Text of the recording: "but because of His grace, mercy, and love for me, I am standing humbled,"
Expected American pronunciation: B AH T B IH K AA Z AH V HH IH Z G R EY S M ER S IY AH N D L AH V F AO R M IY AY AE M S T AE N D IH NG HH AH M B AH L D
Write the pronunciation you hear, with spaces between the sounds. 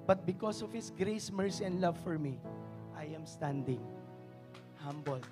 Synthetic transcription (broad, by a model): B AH T B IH K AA S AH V HH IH S G R EY S M ER S IY AH N D L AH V F AO R M IY AY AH M S T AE N D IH NG HH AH M B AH L